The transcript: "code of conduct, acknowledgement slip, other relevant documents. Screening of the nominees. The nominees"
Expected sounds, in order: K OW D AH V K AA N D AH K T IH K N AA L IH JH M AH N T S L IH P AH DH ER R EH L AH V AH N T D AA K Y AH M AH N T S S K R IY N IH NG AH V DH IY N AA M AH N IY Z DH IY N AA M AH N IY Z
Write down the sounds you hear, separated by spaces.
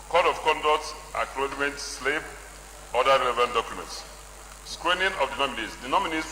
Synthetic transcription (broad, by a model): K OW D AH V K AA N D AH K T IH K L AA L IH M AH N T S L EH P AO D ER R EH L AH V AH N T D AA K Y AH M AH N T S S K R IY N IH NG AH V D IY N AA M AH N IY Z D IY N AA M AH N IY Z